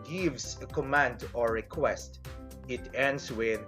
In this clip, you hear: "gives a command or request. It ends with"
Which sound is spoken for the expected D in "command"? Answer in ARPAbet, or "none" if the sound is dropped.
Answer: D